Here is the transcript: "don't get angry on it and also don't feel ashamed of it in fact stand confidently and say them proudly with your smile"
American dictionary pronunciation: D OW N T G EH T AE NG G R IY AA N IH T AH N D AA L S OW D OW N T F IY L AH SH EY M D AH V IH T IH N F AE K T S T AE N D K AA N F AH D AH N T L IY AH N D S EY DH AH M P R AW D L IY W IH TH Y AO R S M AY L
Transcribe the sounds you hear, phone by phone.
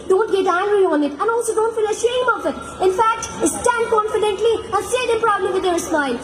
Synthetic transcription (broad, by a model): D OW N T G EH T AE NG G R IY AA N IH T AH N AA L S OW D OW N T F IY L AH SH EY M AH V IH T IH N F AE K T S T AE N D K AA N F AH D AH N T L IY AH S EY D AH P R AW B L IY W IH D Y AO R S M AY L